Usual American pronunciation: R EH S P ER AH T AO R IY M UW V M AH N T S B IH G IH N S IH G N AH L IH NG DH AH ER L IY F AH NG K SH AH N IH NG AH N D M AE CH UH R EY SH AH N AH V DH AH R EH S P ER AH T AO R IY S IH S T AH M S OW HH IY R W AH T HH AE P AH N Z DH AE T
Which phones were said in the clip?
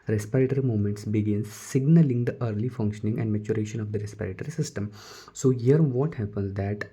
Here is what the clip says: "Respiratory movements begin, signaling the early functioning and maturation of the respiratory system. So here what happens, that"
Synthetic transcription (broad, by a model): R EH S P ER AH T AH R IY M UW M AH N T S B IH G IH N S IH G N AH L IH NG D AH ER L IY F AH NG K SH AH N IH NG AH N D M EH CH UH R EY SH AH N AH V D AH R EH S P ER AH T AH R IY S IH S T AH M S OW HH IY R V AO T HH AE P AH N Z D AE T